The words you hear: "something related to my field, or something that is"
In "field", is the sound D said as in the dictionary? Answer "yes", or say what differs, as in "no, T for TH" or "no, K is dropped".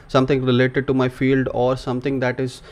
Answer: yes